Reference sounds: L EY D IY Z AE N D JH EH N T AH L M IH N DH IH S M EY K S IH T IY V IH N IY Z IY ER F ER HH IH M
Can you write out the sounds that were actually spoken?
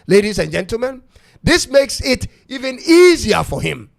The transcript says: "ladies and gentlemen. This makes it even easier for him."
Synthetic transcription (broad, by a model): L EY D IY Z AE N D JH EH N T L M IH N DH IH S M EY K S IH T IY V IH N IY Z IY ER F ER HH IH M